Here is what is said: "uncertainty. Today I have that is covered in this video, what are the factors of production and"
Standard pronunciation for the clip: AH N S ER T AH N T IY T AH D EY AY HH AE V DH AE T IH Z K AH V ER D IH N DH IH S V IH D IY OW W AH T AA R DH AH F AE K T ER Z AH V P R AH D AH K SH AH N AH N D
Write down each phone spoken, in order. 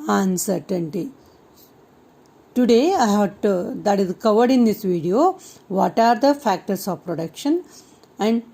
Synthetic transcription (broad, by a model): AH N S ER T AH N T IY T AH D EY AY HH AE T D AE T IH Z K AH V ER D IH N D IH S V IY D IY OW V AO T AA R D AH F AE K T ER S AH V P R AH D AH K SH AH N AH N D